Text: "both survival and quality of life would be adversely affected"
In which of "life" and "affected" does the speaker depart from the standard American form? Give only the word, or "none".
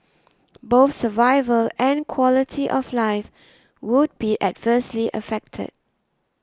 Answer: none